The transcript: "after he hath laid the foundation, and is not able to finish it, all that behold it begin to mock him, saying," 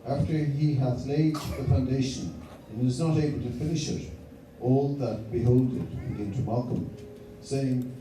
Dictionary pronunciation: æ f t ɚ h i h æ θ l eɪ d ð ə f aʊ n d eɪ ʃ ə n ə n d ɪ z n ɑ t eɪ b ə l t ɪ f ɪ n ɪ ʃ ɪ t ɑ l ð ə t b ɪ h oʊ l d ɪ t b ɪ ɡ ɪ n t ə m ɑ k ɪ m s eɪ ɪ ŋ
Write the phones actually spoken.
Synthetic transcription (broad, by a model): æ f t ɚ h i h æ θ l eɪ d ð ə f aʊ n d eɪ ʃ ə n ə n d ɪ z n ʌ t eɪ b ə l t ɪ f ɪ n ɪ ʃ ɪ t ɑ l ð ə t b ɪ h oʊ l d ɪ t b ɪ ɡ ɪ n t ə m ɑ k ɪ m s eɪ ɪ ŋ